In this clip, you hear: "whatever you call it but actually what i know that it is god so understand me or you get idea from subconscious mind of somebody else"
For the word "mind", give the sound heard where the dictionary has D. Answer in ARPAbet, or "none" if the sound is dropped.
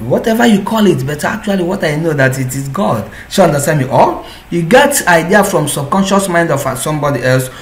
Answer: D